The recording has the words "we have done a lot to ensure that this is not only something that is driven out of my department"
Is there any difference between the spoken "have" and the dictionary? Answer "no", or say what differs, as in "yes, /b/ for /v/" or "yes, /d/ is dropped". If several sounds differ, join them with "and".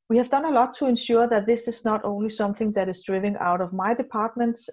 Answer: no